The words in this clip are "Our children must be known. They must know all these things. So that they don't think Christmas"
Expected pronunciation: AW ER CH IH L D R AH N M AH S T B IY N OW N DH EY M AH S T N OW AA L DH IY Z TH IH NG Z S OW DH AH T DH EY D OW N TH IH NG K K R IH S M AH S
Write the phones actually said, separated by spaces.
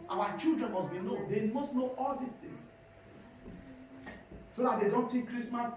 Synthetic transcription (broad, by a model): AW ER CH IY L D R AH N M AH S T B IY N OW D EY M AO S T N OW AA L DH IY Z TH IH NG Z S OW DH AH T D EY D OW N T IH K K R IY S M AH S